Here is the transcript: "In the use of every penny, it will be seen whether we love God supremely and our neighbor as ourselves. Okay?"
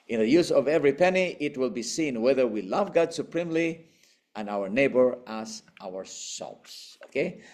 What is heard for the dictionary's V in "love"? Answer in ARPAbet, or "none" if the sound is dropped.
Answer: V